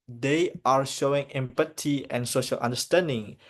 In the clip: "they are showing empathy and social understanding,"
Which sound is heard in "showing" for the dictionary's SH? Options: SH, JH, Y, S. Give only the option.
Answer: SH